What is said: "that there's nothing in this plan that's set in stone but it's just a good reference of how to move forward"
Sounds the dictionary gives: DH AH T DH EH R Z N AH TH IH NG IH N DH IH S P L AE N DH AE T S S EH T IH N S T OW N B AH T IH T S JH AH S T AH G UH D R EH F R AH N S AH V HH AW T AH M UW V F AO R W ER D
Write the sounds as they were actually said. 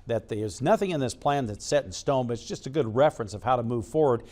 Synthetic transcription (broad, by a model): DH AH T DH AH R Z N AH TH IH NG IH N DH IH S P L AE N DH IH T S S EH T N S T OW N B AH T IH T S JH AH S T AH G UH D R EH F R AH N S AH V HH AW T AH M UW V F AO R W ER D